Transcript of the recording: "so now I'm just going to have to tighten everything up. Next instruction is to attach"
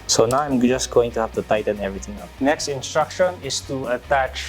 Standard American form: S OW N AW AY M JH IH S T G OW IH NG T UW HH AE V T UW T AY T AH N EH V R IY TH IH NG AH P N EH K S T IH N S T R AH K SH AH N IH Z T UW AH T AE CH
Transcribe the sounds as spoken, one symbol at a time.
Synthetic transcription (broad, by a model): S OW N AW AY M JH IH S G OW IH NG T UW HH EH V T UW T AY T AH N EH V R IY T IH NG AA N EH K S T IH N S T R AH K SH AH N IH S T UW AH T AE CH